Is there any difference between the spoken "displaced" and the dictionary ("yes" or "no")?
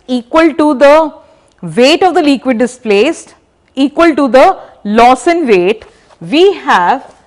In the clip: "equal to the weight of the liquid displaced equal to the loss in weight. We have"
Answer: no